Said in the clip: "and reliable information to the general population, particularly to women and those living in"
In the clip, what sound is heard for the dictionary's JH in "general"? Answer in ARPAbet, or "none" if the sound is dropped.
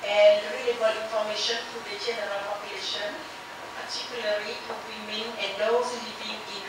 CH